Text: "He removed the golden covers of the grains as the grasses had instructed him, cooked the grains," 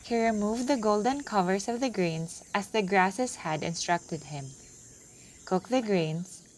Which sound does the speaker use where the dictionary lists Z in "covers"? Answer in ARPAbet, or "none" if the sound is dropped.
S